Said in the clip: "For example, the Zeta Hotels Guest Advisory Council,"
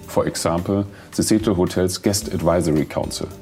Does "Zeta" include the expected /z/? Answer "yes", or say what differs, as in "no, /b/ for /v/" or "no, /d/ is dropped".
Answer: no, /s/ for /z/